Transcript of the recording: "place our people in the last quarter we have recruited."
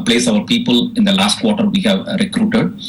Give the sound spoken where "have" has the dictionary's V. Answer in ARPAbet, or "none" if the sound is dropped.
V